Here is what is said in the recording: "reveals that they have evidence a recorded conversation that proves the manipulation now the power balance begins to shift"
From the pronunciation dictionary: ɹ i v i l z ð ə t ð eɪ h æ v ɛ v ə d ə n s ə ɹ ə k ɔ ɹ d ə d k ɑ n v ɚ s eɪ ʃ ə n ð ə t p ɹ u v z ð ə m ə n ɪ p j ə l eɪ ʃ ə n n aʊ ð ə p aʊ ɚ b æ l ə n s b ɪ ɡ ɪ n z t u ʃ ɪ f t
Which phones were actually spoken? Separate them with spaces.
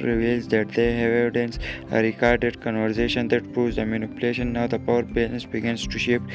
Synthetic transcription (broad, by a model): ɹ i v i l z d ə t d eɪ h ɛ v ə d ə n s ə ɹ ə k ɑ ɹ d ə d k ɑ n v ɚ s eɪ ʃ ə n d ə t p ɹ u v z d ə m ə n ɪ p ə l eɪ ʃ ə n n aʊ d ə p aʊ ɚ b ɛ n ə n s b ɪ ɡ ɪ n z t u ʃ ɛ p